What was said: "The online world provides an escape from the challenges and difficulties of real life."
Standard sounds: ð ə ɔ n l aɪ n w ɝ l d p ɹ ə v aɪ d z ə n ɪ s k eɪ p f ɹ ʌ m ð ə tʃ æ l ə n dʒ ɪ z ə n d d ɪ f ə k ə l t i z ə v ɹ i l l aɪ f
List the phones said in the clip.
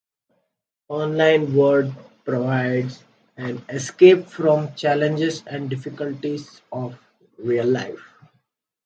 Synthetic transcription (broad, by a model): ɔ n l aɪ n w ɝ d p ɹ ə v aɪ d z ə n ɪ s k eɪ p f ɹ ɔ m tʃ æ l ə n dʒ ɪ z ə n d d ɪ f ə k ə l t i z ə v ɹ i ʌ l aɪ f